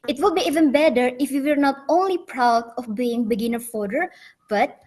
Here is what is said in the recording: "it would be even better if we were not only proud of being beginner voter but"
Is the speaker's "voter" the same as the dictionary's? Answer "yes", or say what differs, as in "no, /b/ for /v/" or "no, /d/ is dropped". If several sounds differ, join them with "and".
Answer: no, /f/ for /v/